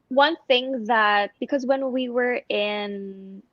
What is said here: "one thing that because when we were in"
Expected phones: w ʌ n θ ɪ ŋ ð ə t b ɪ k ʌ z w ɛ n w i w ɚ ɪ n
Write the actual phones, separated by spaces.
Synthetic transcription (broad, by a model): w ʌ n θ ɪ ŋ ð ə t b ɪ k ʌ z w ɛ n w i w ɚ ɪ n